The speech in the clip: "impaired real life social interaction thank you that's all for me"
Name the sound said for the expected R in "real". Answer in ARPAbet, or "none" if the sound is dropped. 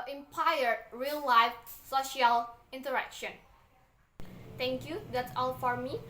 R